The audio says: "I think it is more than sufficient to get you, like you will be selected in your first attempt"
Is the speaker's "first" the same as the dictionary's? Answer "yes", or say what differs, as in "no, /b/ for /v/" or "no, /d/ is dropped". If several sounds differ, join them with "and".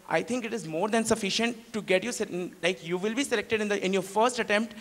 yes